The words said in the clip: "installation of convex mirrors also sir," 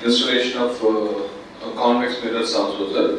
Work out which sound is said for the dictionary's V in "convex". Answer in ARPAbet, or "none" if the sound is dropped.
none